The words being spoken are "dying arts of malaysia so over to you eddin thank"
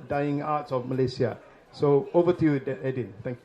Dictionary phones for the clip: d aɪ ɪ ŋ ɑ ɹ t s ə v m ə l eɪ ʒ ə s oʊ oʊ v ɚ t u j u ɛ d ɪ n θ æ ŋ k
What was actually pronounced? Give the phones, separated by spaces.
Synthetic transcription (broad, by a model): d aɪ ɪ ŋ ɑ t s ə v m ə l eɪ s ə s oʊ oʊ v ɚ t u j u ɛ d ɪ n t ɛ ŋ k